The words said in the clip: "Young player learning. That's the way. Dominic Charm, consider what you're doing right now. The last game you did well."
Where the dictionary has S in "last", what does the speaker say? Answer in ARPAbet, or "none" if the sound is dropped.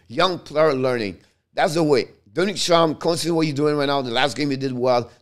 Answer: S